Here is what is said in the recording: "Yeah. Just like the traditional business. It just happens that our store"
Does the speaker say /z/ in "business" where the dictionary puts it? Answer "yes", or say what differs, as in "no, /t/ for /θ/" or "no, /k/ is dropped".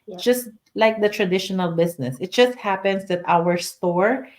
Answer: no, /s/ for /z/